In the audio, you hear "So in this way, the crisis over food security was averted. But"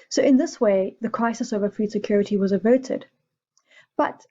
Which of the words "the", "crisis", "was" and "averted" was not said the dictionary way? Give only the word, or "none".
none